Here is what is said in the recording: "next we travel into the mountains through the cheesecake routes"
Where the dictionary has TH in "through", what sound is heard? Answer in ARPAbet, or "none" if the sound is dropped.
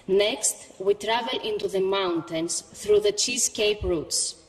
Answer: TH